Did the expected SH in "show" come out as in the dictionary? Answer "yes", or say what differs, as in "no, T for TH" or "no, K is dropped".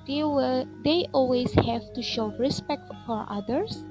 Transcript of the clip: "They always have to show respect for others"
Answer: yes